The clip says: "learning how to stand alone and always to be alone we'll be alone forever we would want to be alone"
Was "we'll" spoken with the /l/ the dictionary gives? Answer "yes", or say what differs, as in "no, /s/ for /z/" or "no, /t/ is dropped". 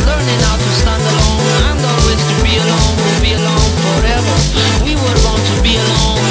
no, /n/ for /l/